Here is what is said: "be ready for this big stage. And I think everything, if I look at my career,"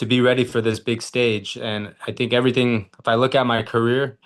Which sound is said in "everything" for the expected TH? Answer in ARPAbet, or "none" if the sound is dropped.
TH